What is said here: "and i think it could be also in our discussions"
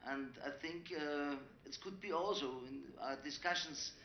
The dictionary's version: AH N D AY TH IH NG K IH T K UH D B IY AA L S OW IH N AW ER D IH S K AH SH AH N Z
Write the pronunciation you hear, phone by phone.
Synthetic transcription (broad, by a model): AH N D AY TH IH NG K IH T K UH D B IY AA L S OW IH N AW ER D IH S K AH SH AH N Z